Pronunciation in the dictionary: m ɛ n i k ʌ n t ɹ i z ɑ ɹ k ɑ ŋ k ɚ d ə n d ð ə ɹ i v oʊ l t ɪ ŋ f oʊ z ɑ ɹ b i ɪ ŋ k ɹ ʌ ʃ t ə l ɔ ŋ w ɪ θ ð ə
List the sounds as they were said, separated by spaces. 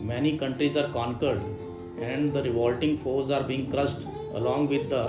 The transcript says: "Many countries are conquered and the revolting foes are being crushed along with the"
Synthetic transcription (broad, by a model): m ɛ n i k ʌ n t ɹ i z ɑ ɹ k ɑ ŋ k ɚ d ə n d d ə ɹ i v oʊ l t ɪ ŋ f oʊ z ɑ ɹ b i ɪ ŋ k ɹ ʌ s t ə l ɔ ŋ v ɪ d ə